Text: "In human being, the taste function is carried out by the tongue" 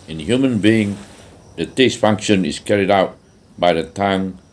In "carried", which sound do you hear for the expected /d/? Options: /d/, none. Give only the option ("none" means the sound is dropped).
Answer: /d/